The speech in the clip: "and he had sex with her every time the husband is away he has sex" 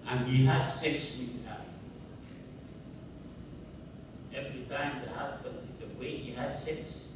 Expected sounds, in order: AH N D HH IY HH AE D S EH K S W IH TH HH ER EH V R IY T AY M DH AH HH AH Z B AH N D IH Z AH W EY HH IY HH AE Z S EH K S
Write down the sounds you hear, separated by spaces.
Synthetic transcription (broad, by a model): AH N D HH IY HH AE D S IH K S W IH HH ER EH V R IY T AY M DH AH HH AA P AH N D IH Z AH W EY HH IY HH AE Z S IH K S